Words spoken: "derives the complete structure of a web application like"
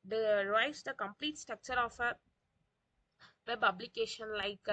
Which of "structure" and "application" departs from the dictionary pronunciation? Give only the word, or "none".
application